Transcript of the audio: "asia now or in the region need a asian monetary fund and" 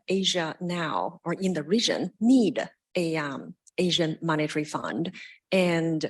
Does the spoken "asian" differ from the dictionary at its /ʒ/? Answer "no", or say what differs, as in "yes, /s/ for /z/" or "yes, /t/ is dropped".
no